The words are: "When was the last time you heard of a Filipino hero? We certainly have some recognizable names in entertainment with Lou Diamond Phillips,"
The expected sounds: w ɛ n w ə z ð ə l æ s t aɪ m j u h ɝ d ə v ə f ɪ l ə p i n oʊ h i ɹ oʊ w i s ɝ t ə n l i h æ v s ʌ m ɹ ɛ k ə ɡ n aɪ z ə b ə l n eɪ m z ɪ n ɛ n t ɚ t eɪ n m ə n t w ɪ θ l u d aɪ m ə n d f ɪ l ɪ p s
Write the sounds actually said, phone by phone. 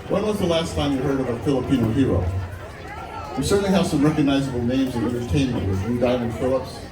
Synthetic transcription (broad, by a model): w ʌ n w ə z ð ə l æ s t aɪ m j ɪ h ɝ d ə v ə f ɪ l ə p i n oʊ h i ɹ oʊ w i s ɝ t n l i h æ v s ʌ m ɹ ɛ k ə ɡ n aɪ z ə b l n eɪ m z ɪ n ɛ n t ɚ t eɪ n m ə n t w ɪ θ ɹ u d aɪ m ə n d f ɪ l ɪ p s